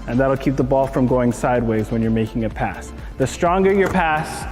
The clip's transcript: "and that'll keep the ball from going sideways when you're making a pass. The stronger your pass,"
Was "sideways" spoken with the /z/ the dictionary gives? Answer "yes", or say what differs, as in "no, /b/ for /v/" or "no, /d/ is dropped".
yes